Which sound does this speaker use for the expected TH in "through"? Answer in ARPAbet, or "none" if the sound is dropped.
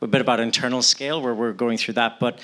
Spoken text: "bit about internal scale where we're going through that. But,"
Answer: TH